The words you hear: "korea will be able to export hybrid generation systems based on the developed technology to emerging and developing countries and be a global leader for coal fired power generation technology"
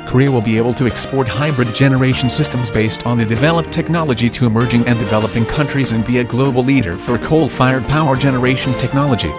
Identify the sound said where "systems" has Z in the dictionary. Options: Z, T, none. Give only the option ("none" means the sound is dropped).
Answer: Z